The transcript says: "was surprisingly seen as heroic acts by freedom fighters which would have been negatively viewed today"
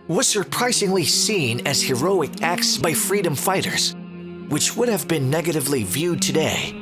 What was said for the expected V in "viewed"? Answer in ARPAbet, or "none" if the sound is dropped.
V